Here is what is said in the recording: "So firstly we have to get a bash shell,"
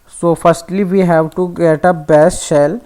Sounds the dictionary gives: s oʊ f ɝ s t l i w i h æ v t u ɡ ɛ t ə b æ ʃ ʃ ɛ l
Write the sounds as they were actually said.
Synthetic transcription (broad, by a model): s oʊ f ɝ s t l i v i h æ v t u ɡ ɛ t ə b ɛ s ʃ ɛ l